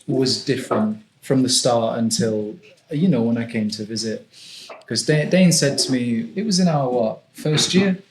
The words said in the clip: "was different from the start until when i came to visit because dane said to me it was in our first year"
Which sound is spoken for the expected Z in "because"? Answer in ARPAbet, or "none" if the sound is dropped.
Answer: none